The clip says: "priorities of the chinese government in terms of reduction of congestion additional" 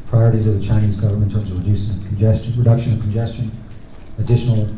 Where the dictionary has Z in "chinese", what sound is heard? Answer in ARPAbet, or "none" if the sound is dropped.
Z